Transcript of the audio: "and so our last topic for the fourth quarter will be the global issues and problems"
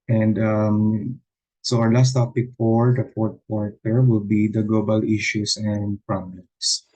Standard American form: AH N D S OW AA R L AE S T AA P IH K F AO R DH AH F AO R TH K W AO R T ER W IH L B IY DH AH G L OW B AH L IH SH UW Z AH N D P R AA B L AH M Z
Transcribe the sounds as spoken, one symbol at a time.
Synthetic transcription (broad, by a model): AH N D S OW AA R L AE S T AA P IH K F AO R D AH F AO R T K W AO R T ER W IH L B IY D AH G L OW B AH L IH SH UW S AH N D P R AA B L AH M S